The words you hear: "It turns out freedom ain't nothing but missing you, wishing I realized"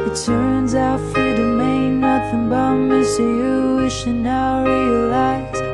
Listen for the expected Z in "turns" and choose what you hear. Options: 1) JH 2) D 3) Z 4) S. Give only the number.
3